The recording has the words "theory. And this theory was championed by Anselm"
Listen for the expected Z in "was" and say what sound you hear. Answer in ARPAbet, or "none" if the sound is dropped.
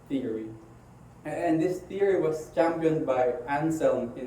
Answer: S